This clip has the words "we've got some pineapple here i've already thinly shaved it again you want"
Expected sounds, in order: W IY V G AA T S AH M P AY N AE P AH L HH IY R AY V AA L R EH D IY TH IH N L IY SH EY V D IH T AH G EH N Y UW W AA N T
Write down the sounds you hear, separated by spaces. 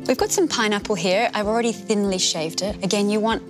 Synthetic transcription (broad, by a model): W IY V G AA T S AH M P AY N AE P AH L HH IY R AY V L R EH D IY TH IH N L IY SH EY V D IH T AH G EH N Y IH W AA N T